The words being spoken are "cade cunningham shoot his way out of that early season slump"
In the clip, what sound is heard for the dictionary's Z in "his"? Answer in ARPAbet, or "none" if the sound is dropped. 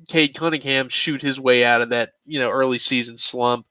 Z